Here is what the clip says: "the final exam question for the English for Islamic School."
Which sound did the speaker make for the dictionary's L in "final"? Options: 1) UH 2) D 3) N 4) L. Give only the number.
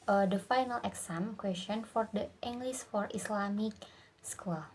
4